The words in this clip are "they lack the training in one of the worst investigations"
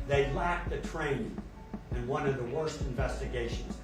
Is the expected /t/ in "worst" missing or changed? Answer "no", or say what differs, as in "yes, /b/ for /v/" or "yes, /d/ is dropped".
no